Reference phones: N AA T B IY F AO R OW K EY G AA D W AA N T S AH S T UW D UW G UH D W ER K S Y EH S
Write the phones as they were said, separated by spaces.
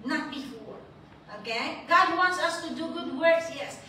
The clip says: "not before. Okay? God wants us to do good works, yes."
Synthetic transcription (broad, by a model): N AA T B IY F AO R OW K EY G AA D W AA N T S AH S T UW D UW G UH D W ER K S Y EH S